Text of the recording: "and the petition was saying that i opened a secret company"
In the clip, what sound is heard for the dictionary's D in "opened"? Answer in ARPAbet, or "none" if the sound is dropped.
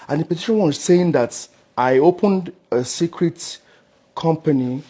D